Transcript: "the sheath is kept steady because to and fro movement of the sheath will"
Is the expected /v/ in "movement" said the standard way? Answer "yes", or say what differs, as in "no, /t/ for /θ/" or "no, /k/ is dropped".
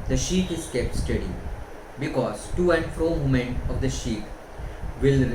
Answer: no, /v/ is dropped